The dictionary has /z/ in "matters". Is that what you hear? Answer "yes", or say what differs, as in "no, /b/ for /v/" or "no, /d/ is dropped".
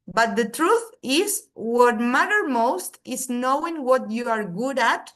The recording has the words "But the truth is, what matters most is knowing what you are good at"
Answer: no, /z/ is dropped